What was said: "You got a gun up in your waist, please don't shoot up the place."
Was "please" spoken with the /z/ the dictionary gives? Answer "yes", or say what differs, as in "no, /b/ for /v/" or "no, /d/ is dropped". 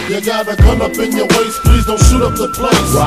yes